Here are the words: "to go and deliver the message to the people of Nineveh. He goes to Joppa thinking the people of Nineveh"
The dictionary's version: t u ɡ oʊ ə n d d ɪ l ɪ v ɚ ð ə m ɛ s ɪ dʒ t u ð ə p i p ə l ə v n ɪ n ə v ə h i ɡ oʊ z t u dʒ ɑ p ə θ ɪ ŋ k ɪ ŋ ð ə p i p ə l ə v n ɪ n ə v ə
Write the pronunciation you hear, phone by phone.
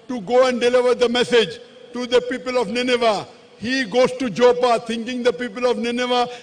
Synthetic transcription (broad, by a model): t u ɡ oʊ ə n d d ɪ l ɪ v ɚ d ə m ɛ s ɪ dʒ t u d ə p i p ə l ə v n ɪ n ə v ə h i ɡ oʊ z t u dʒ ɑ p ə t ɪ ŋ k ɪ ŋ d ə p i p ə l ə v n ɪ n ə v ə